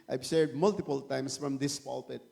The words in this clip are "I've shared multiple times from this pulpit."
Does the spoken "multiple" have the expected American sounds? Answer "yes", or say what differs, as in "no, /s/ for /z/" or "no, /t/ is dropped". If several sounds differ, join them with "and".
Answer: yes